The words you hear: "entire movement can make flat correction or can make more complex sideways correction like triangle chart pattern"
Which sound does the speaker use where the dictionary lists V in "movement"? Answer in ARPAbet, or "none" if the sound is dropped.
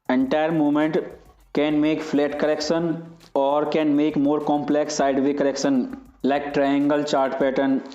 none